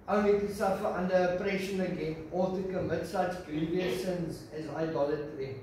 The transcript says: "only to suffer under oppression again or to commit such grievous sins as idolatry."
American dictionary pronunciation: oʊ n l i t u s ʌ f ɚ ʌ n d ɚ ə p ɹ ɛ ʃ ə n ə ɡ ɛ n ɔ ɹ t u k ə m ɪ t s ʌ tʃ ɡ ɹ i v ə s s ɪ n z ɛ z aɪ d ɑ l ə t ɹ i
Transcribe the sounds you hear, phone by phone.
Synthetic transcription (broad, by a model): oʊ n l i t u s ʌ f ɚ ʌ n d ɚ ə p ɹ ɛ ʃ ə n ə ɡ ɛ n ɔ l t u k ə m ɪ t s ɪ s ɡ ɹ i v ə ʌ s ɪ n z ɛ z aɪ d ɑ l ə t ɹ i